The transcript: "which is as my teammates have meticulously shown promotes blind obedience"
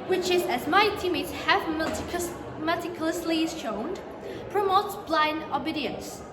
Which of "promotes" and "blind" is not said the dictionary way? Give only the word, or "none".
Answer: none